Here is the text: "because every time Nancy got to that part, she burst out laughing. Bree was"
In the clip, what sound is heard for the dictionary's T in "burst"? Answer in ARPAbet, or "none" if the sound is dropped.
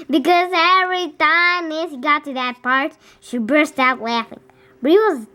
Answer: T